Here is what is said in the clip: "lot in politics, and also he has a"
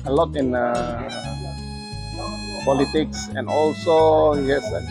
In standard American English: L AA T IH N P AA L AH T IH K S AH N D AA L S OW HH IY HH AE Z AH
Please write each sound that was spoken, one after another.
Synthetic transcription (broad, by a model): L AA T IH N P AA L AH T IH K S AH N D AA L S OW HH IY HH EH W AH